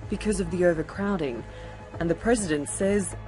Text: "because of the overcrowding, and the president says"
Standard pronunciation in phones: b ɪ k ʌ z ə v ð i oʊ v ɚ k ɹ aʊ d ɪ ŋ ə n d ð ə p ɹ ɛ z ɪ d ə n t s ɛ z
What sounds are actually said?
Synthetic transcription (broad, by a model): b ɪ k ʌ z ə v ð i oʊ v ɚ k ɹ aʊ d ɪ ŋ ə n ð ə p ɹ ɛ z ɪ d ə n t s ɛ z